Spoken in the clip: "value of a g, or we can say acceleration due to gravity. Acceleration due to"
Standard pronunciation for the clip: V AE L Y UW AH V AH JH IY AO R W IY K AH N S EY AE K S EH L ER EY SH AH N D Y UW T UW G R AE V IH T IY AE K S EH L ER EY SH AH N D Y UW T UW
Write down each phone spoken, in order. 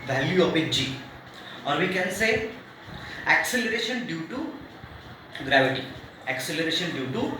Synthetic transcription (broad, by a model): V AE L Y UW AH P AH JH IY AO R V IY K AH N S EY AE K S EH L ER EY SH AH N D Y UW T UW G R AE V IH T IY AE K S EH L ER EY SH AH N D Y UW T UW